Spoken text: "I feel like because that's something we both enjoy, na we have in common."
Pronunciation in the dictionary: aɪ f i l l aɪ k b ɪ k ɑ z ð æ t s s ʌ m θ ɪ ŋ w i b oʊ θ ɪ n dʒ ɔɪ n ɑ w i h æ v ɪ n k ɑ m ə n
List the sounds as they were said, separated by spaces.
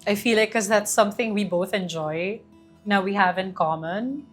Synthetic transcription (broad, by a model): aɪ f i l l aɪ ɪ k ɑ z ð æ t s s ʌ m θ ɪ ŋ w i b oʊ θ ɪ n dʒ ɔɪ n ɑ w i h æ v ɪ n k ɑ m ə n